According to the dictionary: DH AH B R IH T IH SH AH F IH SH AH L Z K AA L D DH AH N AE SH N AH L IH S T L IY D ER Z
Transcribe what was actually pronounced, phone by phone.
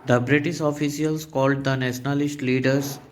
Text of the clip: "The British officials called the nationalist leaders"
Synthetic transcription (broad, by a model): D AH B R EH T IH S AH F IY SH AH L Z K AA L D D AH N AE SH N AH L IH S T L IY D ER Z